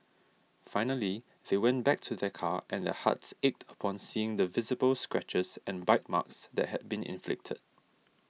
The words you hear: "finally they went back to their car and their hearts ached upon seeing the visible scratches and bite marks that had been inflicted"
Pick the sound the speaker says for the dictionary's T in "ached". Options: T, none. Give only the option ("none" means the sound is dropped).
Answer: T